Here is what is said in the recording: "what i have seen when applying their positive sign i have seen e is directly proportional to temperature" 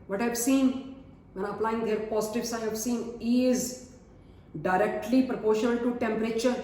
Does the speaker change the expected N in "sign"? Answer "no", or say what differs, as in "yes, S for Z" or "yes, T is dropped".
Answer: yes, N is dropped